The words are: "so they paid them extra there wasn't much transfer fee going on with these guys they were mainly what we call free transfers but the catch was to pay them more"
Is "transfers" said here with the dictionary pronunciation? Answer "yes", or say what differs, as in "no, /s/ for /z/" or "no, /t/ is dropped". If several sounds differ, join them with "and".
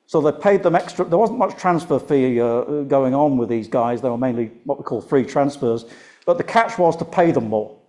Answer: yes